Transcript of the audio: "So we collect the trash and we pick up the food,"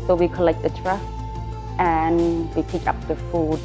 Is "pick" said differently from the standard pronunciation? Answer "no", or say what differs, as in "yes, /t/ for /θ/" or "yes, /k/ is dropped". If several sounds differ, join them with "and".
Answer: no